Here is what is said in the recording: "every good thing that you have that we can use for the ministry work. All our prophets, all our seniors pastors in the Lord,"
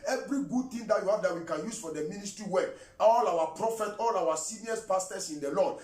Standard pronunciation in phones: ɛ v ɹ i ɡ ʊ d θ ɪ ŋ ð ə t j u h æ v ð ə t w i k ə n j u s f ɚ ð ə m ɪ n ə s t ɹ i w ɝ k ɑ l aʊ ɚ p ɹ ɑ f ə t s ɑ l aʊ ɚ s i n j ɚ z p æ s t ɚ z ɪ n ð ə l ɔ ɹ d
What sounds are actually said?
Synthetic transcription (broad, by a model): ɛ v ɹ i ɡ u d t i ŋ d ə t j u h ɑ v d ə t w i k ə n j u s f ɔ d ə m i n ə s t ɹ i w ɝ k ɑ l aʊ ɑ p ɹ ɑ f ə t ɑ l aʊ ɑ s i n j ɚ s p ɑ s t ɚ s ɪ n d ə l ɔ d